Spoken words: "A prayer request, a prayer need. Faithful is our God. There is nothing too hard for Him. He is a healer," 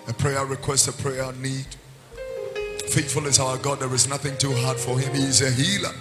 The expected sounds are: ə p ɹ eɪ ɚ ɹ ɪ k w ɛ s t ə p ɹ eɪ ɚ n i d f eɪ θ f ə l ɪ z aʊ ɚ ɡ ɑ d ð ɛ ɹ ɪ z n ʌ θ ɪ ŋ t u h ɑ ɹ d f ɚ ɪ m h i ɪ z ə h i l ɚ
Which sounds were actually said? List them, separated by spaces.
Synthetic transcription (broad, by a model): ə p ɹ eɪ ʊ ɹ ɪ k w ɛ s t ə p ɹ eɪ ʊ n i d f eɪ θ f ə l ɪ z aʊ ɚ ɡ ɑ d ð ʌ ɹ ɪ z n ʌ θ ɪ ŋ t u h ɑ ɹ d f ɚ ɪ m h i ɪ z ə h i l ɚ